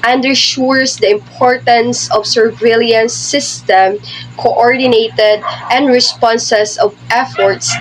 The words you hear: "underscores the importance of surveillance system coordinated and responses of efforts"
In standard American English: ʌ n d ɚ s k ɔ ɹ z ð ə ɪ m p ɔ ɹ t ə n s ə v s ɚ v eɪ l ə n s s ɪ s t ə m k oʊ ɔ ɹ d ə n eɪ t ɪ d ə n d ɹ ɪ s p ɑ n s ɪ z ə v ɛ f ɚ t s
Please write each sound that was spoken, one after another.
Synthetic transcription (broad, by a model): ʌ n d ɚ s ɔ ɹ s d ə ɪ m p ɔ ɹ t ə n s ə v s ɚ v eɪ l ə n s s ɪ s t ə m k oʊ ɔ ɹ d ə n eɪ t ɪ d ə n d ɹ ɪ s p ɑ n s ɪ s ə v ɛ f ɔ t s